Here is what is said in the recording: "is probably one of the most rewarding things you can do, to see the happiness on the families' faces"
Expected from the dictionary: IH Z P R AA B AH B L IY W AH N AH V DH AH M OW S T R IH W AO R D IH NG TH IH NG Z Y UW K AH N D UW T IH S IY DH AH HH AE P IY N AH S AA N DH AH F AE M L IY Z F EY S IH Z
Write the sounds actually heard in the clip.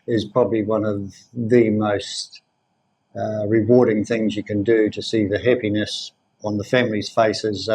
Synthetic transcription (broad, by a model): IH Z P R AA B AH B L IY W AH N AH V DH AH M OW S T R IH W AO R D IH NG TH IH NG Z Y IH K AH N D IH T IH S IY DH AH HH AE P IY N AH S N DH AH F AE M L IY Z F EY S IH Z